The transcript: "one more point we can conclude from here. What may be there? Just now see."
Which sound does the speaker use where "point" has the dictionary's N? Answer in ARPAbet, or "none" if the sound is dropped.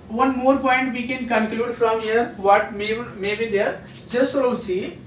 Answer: N